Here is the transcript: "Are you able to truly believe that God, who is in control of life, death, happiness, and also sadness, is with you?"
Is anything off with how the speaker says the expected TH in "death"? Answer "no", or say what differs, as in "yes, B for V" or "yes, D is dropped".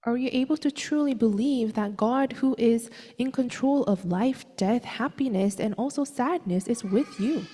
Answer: no